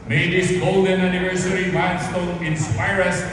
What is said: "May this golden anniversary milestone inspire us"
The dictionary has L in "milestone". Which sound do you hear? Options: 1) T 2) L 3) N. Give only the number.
3